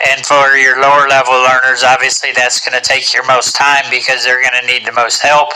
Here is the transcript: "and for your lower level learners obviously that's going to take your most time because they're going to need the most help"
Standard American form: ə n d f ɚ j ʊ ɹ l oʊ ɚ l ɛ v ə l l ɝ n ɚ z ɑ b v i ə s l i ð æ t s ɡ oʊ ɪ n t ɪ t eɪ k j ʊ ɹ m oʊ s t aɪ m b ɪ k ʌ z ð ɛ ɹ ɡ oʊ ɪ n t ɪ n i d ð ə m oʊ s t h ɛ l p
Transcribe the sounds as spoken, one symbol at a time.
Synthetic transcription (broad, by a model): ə n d f ɚ j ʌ ɹ l oʊ ɚ l ɛ v l l ɝ n ɚ z ɑ b v i ə s l i ð æ t s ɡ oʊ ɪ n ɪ t eɪ k j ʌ ɹ m oʊ s t aɪ m b ɪ k ʌ z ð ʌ ɹ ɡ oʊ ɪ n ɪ n i d ð ə m oʊ s t h ɛ l p